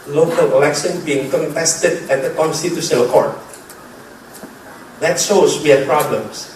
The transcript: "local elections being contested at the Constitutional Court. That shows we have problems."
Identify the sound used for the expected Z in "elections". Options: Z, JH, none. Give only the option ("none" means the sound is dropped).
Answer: none